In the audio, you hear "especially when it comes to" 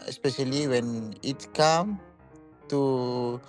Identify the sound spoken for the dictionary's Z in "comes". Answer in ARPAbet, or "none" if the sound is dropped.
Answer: none